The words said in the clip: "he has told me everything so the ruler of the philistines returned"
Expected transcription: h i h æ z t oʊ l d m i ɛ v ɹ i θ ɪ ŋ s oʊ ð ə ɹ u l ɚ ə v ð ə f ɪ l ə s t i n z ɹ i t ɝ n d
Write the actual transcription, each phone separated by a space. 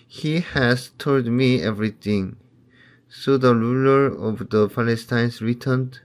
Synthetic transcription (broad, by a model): h i h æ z t oʊ l d m i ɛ v ɹ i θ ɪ ŋ s oʊ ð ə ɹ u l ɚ ə v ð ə p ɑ l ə s t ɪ n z ɹ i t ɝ n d